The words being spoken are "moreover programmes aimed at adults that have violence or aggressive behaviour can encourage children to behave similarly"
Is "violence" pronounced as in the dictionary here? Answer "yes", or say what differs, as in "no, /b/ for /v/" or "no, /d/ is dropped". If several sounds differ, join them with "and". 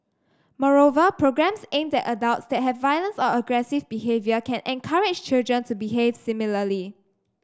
yes